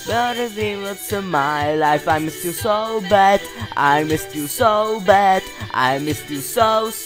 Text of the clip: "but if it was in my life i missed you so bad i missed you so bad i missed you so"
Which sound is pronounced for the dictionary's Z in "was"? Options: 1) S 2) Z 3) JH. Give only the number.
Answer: 1